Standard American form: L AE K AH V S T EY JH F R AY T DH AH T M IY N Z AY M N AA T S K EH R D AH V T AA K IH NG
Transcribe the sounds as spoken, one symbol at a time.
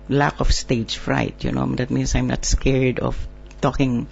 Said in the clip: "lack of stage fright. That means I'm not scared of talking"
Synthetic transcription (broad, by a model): L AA K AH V S T EY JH F R AY T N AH T M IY N S AY M N AA T S K EH R D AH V T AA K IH NG